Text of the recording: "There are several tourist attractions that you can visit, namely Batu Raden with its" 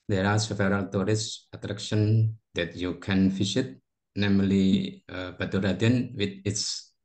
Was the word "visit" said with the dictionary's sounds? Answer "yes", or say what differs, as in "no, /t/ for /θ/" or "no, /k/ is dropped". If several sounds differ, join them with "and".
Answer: no, /f/ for /v/